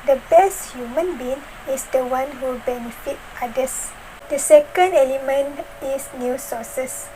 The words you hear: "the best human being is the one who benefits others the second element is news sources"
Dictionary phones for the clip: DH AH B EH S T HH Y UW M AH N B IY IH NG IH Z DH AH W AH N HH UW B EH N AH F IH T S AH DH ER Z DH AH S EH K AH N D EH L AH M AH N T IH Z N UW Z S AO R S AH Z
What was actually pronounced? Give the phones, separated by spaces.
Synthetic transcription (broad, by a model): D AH B EH S T HH Y UW M AH N B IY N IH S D AH W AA N HH UW B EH N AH F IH T AA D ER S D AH S EH K AH N D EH L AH M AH N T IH S N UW S AO S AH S